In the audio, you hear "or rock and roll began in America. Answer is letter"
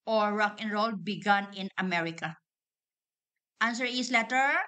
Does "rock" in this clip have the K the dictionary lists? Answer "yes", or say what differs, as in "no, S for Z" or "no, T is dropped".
yes